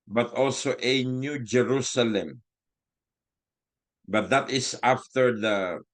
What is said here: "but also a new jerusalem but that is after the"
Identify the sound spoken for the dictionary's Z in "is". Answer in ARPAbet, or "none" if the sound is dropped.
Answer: S